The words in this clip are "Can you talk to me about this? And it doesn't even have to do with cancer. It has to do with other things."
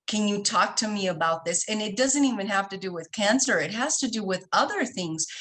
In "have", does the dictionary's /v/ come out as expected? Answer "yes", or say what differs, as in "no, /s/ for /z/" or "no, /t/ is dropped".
no, /f/ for /v/